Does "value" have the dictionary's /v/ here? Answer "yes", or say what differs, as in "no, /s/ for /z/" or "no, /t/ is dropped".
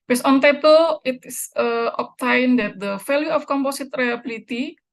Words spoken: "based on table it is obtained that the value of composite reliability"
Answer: no, /f/ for /v/